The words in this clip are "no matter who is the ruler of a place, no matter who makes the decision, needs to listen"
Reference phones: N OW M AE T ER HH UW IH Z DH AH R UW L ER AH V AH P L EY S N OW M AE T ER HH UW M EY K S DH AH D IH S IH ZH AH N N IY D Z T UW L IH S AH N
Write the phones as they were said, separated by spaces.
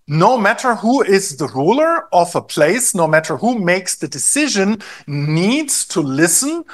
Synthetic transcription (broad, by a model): N OW M AE T ER HH UW IH Z DH AH R UW L ER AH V AH P L EY S N OW M AE T ER HH UW M EY K S DH AH D IH S IH ZH AH N N IY D Z T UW L IH S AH N